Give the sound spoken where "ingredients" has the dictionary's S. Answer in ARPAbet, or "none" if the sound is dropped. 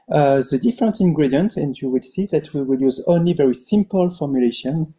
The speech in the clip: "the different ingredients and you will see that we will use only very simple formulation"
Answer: none